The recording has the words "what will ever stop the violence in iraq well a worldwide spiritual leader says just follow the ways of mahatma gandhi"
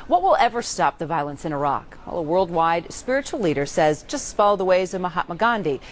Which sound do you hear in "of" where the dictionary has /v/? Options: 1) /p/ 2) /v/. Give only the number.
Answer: 2